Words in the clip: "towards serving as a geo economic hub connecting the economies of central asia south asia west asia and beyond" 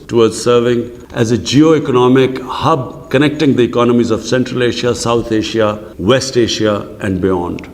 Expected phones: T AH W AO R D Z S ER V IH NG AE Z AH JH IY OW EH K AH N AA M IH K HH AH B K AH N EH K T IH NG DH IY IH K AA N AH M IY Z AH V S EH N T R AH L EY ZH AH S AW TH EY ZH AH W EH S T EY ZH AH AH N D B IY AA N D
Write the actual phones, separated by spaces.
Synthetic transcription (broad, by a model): T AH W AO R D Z S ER V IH NG AE Z AH JH IY OW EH K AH N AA M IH K HH AH B K AH N EH K T IH NG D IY IH K AA N AH M IY Z AH V S EH N T R AH L EY SH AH S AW T EY SH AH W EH S T EY SH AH AH N D B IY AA N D